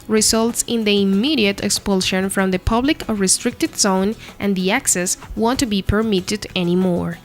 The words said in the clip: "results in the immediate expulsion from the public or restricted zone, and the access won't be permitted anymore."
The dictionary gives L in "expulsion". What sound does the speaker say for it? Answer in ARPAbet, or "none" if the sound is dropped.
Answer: L